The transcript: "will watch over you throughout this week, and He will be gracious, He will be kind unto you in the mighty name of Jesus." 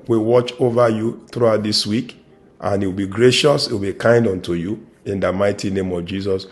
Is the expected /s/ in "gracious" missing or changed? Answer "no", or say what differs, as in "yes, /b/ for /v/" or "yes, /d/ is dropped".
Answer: no